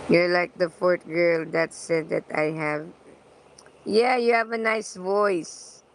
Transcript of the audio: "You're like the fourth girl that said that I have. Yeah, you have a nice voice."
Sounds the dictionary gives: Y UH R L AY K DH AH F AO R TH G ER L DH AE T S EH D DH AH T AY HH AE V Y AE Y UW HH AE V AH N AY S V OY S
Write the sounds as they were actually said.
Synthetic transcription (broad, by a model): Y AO R L AY K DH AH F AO R T G ER L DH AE T S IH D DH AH T AY HH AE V Y AE Y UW HH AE V AH N AY S V OY S